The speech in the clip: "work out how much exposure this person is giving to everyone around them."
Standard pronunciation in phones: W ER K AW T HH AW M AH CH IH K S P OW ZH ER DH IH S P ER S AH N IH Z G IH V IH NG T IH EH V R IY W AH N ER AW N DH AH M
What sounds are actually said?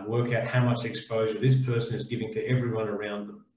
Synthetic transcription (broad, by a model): W ER K AW T HH AW M AH CH IH K S P OW ZH ER DH IH S P ER S AH N IH Z G IH V IH NG T IH EH V R IY W AH N ER AW N DH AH M